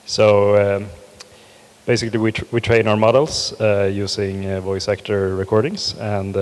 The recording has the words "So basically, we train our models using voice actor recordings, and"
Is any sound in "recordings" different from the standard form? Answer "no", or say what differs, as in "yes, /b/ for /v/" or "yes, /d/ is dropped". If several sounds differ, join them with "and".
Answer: yes, /s/ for /z/